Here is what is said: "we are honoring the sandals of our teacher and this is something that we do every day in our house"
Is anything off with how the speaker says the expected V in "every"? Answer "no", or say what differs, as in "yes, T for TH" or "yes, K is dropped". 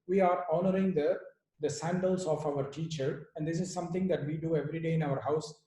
no